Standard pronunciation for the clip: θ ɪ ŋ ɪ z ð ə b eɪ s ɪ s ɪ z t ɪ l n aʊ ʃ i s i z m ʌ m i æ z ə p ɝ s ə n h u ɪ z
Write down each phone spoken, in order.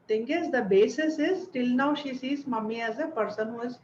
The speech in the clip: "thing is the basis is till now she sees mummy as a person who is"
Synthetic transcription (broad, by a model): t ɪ ŋ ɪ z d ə b eɪ s ɪ s ɪ z t ɪ l n aʊ ʃ i s i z m ʌ m i æ z ə p ɝ s ə n h u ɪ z